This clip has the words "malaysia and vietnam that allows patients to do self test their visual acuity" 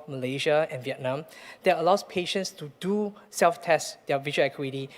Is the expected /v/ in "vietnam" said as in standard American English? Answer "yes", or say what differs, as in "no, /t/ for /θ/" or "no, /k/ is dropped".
yes